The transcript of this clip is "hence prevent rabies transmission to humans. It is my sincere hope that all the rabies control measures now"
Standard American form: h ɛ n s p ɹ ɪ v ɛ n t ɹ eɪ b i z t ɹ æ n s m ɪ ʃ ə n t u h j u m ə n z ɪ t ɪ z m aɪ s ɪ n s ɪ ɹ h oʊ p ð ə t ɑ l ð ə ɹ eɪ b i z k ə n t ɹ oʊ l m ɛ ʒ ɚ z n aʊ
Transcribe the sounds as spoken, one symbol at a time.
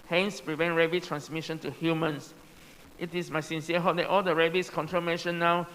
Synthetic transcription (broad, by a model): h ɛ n s p ɹ ɪ v ɛ n t ɹ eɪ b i t ɹ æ n s m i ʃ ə n t u h j u m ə n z ɪ t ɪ s m aɪ s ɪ n s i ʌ h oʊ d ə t ɑ l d ə ɹ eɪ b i s k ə n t ɹ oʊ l m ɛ ʃ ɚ n aʊ